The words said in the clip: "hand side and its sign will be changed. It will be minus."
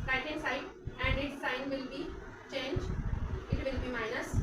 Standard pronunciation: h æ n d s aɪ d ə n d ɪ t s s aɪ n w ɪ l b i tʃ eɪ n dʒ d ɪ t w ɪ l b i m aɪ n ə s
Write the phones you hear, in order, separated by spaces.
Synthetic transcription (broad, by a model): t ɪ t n s aɪ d ə n d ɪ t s s aɪ n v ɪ l b i tʃ eɪ n dʒ ɪ t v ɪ l b i m aɪ n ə s